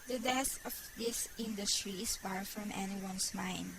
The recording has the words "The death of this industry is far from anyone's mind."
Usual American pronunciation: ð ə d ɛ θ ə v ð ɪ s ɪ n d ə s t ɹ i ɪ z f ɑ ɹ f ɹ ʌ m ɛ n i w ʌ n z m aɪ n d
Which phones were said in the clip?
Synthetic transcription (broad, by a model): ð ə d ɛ s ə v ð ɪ s ɪ n d ə s t ɹ i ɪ s f ɑ ɹ f ɹ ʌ m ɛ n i w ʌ n s m aɪ n d